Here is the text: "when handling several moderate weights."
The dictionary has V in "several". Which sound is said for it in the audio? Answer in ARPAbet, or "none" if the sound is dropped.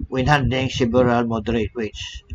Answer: B